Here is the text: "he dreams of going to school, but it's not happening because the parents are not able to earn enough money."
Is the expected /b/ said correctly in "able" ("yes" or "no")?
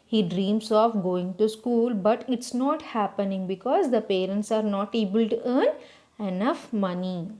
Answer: yes